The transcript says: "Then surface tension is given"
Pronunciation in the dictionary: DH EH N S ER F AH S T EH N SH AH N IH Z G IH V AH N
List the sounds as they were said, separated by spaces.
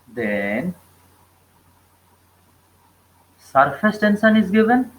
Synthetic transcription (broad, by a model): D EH N S ER F AH S T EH N S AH N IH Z G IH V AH N